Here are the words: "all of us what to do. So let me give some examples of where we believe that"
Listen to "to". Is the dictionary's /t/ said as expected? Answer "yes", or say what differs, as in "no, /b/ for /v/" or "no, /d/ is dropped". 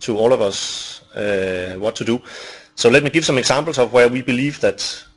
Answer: yes